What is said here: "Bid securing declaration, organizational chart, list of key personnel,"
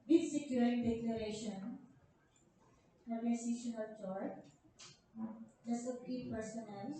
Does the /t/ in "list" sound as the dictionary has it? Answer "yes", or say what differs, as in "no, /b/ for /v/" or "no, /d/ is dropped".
no, /t/ is dropped